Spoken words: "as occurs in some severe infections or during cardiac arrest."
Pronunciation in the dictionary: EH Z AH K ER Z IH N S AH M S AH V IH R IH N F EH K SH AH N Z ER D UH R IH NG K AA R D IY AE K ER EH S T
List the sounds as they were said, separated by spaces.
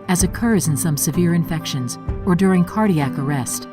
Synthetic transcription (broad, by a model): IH Z AH K ER Z IH N S AH M S AH V IH R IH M F EH K SH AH N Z ER D UH R IH NG K AA R D IY AE K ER EH S T